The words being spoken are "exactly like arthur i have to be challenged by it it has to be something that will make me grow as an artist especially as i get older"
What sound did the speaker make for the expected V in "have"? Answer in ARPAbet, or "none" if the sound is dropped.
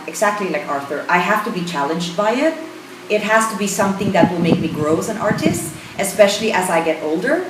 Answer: F